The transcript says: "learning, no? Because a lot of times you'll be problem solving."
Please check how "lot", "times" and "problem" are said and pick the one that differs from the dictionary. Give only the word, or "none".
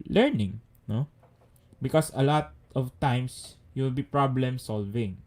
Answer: times